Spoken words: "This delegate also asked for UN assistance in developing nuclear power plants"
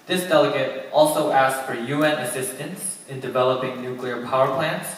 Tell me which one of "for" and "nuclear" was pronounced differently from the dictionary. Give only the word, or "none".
none